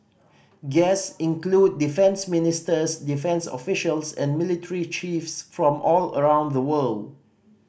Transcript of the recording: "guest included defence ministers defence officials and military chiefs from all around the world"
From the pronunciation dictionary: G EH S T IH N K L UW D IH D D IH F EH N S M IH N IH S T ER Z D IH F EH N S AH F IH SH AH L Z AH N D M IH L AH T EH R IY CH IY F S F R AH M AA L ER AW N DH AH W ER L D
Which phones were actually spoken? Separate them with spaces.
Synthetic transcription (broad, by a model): G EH S IH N K L UW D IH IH F EH N S M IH N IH S T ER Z D IH F EH N S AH F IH SH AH L S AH N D M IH L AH T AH R IY CH IY F S F R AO M AA L ER AW N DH AH W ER L D